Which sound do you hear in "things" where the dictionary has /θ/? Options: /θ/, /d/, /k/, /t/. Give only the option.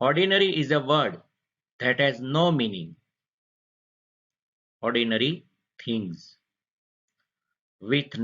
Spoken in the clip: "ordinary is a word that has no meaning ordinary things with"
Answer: /t/